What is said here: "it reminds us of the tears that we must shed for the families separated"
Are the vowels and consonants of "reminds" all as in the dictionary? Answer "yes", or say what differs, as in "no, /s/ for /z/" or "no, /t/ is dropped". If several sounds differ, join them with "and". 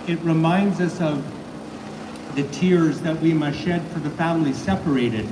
yes